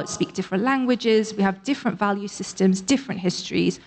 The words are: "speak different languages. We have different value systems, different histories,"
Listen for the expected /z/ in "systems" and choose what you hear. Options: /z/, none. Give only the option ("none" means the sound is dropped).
/z/